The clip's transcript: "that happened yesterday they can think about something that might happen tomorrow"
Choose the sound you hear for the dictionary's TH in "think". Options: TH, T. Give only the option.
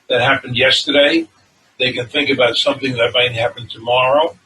TH